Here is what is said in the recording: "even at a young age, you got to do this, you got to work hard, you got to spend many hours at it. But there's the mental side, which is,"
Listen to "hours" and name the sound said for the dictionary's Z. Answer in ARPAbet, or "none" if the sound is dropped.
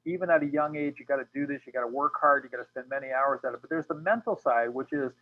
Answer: Z